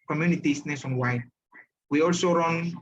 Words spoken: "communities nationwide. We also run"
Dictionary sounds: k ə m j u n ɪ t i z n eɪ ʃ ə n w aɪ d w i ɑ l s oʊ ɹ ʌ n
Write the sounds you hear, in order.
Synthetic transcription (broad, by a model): k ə m j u n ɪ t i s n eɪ s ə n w aɪ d w i ɑ l s oʊ ɹ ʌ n